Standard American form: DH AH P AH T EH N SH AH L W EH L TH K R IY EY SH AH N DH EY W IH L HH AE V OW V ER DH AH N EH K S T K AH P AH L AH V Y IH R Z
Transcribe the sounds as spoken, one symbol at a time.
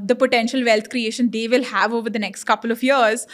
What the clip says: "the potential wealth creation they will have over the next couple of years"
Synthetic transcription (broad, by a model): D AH P AH T EH N SH AH L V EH L T K R IY EY SH AH N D EY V IH L HH AE V OW V ER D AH N EH K S T K AH P AH L AH V Y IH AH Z